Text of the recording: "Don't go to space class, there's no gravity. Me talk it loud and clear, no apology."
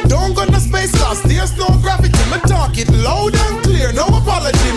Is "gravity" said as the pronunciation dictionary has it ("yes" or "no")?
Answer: no